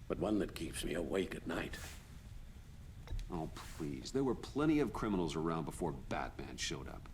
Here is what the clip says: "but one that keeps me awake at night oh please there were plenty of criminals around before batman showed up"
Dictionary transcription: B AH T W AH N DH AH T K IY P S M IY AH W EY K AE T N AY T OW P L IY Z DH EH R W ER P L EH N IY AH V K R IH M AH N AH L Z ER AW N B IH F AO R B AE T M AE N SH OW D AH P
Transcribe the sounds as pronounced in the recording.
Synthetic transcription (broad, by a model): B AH T W AH N DH AH T K IY P S M IY AH W EY K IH T N AY T OW P L IY Z DH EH R W ER P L EH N IY AH V K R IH M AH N L Z ER AW N B IH F AO R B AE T M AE N SH OW D AH P